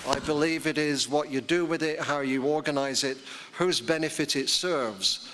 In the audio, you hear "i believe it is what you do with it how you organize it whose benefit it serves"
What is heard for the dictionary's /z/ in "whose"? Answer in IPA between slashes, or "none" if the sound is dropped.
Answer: /z/